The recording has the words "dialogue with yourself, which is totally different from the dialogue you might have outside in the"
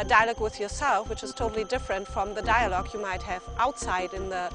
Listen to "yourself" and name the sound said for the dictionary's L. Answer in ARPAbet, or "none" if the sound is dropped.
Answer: L